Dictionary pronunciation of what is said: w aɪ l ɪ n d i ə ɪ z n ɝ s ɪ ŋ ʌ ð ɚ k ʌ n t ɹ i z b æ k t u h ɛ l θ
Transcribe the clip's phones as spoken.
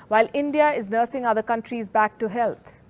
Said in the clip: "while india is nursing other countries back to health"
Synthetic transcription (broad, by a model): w aɪ l ɪ n d i ə ɪ z n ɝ s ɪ ŋ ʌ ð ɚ k ʌ n t ɹ i z b æ k t u h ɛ l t